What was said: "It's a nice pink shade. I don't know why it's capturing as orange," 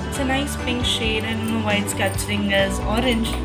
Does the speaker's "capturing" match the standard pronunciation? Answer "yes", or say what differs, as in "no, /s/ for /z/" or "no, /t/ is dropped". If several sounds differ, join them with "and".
no, /p/ is dropped